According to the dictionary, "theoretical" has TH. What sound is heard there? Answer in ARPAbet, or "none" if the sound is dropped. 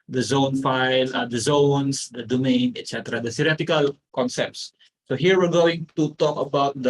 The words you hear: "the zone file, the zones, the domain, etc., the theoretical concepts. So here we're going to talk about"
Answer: S